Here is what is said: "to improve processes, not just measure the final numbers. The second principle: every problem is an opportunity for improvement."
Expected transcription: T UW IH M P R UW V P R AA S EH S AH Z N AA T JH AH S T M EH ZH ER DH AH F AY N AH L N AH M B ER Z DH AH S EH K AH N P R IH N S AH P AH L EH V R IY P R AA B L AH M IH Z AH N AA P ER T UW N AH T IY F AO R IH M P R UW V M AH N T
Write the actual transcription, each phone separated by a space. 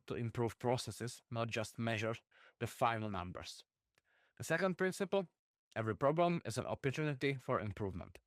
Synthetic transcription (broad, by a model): T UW IH M P R UW V P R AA S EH S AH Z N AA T JH AH S T M EH ZH ER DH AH F AY N L N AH M B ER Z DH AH S EH K AH N P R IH N S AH P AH L EH V R IY P R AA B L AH M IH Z AH N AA P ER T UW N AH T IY F AO R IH M P R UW V M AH N T